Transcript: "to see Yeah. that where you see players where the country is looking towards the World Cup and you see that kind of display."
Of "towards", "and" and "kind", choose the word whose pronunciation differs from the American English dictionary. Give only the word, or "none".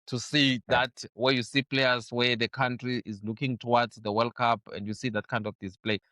towards